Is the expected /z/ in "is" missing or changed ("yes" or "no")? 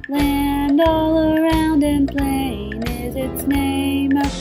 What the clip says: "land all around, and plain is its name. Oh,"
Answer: no